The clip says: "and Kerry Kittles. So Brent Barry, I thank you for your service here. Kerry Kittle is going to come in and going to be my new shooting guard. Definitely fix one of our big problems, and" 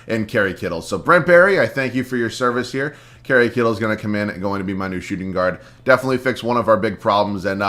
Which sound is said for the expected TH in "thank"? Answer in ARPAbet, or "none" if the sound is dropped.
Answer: TH